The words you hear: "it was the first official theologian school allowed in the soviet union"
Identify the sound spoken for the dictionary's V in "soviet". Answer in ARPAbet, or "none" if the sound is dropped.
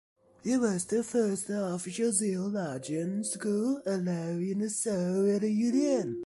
none